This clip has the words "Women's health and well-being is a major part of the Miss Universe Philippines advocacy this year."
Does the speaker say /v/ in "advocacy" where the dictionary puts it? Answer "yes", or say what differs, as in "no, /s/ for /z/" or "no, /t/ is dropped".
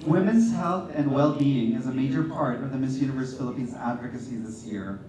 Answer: yes